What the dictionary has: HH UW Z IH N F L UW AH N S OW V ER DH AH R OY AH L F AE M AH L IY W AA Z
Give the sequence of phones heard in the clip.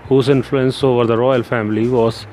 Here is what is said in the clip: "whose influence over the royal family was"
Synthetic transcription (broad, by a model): HH UW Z IH N F L UW AH N S OW V ER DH AH R OY AH L F AE M AH L IY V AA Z